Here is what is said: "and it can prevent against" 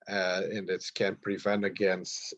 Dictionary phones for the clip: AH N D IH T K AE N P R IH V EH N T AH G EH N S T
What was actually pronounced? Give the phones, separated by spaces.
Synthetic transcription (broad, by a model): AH N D IH T K AE N P R IH V EH N T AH G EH N S T